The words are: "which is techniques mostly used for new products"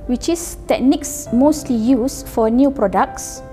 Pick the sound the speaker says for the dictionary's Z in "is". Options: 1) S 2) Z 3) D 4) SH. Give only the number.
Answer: 1